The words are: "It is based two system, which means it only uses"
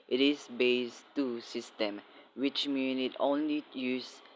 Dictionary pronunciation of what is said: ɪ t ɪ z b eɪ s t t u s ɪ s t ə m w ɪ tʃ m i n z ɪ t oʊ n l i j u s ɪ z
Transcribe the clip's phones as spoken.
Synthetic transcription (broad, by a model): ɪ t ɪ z b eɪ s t t u s ɪ s t ə m w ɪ tʃ m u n ɪ t oʊ n l i j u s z